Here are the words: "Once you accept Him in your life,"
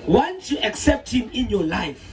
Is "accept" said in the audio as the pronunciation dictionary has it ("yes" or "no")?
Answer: yes